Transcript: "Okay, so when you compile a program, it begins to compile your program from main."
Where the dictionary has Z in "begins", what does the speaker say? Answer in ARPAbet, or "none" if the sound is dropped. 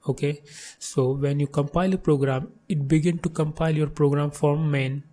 none